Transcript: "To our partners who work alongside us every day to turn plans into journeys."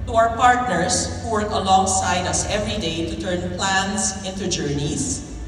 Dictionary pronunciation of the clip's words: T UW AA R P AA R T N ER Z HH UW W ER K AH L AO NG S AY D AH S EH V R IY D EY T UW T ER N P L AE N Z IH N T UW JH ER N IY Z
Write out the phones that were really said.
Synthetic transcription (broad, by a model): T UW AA W P AA R T N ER S HH UW W ER K AH L AO NG S AY D AH S EH V R IY D EY T UW T ER N P L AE N S IH N T UW JH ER N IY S